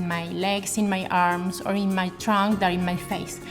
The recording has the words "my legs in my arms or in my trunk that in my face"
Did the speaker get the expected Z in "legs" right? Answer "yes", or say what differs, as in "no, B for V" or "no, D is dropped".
no, S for Z